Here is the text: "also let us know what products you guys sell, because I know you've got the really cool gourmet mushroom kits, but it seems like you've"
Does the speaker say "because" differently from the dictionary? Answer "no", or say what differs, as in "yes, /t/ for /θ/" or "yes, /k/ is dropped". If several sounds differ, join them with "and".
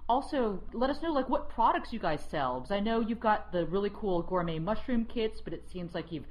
yes, /k/ is dropped